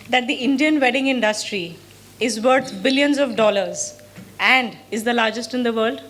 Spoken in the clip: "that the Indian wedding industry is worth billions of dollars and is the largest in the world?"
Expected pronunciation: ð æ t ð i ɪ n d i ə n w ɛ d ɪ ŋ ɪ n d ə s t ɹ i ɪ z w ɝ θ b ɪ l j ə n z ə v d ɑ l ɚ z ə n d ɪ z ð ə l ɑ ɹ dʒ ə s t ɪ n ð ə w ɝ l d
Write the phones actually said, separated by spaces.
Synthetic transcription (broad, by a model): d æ t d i ɪ n d i ə n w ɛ d ɪ ŋ ɪ n d ə s t ɹ i ɪ z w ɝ t b ɪ l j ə n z ə v d ɑ l ɚ z ə n d ɪ z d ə l ɑ ɹ dʒ ə s t ɪ n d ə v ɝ l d